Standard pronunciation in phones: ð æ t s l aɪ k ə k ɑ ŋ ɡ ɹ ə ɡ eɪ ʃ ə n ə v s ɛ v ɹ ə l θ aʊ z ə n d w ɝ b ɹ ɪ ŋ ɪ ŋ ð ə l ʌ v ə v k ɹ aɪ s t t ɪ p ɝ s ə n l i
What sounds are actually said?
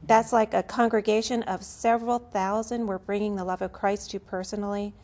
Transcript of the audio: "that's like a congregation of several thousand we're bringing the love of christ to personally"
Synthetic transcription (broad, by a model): ð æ t s l aɪ k ə k ɑ ŋ ɡ ɹ ə ɡ eɪ ʃ ə n ə v s ɛ v ɹ l θ aʊ z ə n d w ɝ b ɹ ɪ ŋ ɪ ŋ ð ə l ʌ v ə v k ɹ aɪ s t t ɪ p ɝ s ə n l i